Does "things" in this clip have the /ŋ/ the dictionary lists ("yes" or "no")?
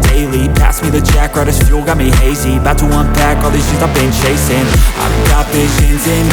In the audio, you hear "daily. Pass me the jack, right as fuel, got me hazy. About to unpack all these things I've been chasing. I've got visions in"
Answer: no